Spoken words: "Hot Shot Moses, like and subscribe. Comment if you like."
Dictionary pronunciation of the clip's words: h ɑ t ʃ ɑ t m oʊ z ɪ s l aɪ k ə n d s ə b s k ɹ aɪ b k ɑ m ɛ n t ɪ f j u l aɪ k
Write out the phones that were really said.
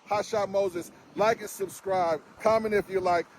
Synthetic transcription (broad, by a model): h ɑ ʃ ɑ t m oʊ z ɪ s l aɪ k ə s ə b s k ɹ aɪ b k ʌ m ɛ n ɪ f j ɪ l aɪ k